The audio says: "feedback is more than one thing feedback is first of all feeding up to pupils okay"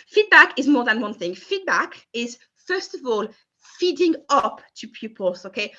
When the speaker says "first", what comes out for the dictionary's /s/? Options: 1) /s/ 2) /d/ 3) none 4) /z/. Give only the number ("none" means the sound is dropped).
1